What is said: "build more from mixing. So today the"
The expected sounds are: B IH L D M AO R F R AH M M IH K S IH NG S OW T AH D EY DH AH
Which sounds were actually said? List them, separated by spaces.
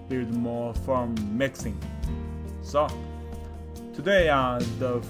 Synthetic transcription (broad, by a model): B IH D M AO F R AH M M IH K S IH NG S OW T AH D EY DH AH